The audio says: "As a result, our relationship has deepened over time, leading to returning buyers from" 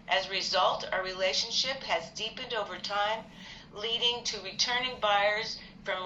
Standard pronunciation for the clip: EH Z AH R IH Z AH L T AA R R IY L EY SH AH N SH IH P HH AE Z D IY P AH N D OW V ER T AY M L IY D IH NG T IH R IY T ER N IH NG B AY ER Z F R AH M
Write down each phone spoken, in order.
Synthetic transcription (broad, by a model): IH Z R IH Z AH L T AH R R IY L EY SH AH N SH IH P HH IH Z D IY P AH N D OW V ER T AY M L IY D IH NG T IH R IY T ER N IH NG B AY ER Z F R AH M